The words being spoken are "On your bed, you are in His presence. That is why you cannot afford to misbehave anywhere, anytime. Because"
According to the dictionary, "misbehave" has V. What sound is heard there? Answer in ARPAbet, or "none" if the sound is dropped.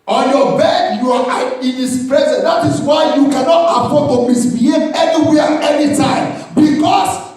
none